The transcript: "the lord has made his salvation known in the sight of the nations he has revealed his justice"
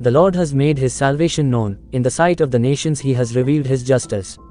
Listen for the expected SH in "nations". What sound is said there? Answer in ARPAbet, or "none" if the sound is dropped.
SH